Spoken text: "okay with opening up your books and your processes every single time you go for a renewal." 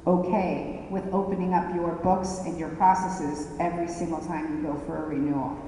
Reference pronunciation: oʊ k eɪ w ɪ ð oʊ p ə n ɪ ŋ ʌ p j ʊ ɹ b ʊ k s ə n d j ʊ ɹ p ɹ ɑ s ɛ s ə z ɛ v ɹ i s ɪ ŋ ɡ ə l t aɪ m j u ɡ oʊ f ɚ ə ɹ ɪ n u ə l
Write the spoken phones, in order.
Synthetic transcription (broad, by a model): oʊ k eɪ w ɪ ð oʊ p ə n ɪ ŋ ʌ p j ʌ ɹ b ʊ k s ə n j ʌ ɹ p ɹ ɑ s ɛ s ə z ɛ v ɹ i s ɪ ŋ ɡ l t aɪ m j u ɡ oʊ f ɚ ə ɹ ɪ n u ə l